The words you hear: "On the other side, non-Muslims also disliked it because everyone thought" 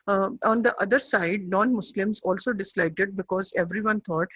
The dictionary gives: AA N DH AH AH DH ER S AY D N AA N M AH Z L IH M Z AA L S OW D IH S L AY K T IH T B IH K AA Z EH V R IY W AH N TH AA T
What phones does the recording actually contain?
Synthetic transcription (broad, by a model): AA N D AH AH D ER S AY D N AA N M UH S L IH M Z AA L S OW D IH S L AY K T IH T B IH K AA Z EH V R IY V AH N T AA T